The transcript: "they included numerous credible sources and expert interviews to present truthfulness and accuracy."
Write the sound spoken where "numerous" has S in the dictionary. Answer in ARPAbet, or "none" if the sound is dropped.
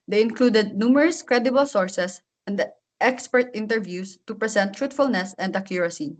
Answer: S